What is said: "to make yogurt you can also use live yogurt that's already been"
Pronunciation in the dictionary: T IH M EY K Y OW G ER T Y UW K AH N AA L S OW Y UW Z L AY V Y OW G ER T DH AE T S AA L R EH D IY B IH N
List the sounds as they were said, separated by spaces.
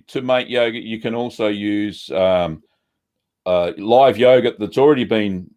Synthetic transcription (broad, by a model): T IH M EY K Y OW G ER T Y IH K AH N AA L S OW Y UW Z L AY V Y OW G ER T DH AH T S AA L R EH D IY B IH N